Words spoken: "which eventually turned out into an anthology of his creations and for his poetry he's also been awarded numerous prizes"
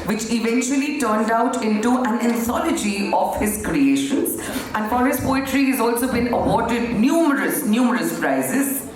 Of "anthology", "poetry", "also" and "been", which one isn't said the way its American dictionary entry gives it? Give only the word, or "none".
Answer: anthology